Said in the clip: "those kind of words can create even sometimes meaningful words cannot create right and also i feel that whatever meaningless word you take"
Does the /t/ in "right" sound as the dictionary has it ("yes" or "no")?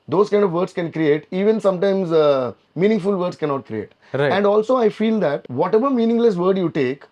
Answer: no